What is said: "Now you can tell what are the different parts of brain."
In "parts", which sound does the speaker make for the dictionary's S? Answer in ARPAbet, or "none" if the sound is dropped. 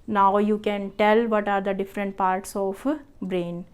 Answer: S